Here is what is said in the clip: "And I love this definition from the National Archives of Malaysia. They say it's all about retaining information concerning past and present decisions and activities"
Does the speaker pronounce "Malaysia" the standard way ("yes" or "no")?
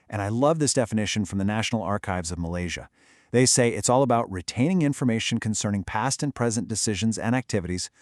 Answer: yes